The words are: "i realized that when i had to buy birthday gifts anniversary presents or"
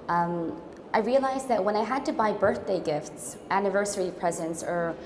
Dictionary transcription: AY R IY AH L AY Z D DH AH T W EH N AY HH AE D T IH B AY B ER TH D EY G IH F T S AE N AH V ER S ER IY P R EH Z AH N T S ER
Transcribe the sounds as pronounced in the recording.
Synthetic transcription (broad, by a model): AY R IY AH L AY Z DH AH T W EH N AY HH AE D T IH B AY B ER TH D EY G IH F T S AE N AH V ER S ER IY P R EH Z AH N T S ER